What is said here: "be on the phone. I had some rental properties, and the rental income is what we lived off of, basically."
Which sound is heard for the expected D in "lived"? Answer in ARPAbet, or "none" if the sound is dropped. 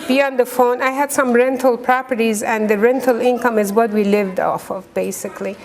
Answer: D